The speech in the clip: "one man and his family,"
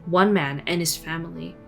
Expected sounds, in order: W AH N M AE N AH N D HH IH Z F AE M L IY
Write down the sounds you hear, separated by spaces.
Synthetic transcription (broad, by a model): W AH N M AE N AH N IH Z F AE M L IY